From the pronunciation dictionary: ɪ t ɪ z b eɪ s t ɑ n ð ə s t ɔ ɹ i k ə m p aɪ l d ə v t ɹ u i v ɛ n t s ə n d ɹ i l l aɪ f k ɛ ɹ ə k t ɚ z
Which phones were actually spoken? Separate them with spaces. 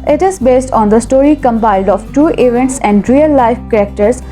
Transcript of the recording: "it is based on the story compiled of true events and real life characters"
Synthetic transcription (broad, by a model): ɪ t ɪ z b eɪ s t ɑ n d ə s t ɔ ɹ i k ə m p aɪ l d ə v t u i v ɛ n t s ə n d ɹ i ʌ l aɪ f k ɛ ɹ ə k t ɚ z